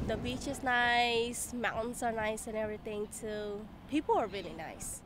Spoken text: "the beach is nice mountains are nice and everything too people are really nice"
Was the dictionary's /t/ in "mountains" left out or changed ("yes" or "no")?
yes